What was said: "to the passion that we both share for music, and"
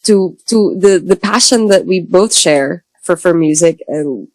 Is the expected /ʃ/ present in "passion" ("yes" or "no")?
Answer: yes